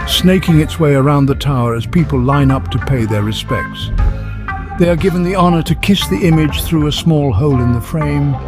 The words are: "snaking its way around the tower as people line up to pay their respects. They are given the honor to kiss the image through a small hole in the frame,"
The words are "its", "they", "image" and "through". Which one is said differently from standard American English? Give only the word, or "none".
none